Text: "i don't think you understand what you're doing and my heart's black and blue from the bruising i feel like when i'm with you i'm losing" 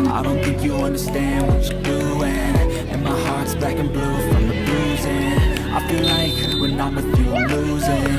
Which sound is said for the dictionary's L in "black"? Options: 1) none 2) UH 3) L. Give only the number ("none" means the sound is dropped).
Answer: 1